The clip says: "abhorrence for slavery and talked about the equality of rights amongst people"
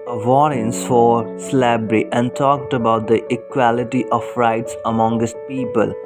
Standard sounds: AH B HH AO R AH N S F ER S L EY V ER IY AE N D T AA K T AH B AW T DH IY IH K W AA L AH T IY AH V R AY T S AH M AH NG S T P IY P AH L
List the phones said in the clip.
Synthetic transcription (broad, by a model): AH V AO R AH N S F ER S L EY B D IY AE N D T AA K T AH B AW T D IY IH K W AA L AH T IY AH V R AY T S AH M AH NG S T P IY P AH L